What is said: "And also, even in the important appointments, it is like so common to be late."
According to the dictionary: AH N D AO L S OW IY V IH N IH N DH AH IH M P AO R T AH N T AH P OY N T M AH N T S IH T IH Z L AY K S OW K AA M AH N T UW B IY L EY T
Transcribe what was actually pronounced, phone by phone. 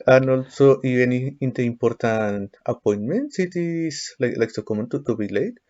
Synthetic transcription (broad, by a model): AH N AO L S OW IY IH N IH N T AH IH M P AO R T AH N T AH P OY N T M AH N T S IH T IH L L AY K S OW K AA M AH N T UW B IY L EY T